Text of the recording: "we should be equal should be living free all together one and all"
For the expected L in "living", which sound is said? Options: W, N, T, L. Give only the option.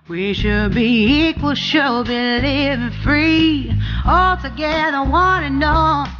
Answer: N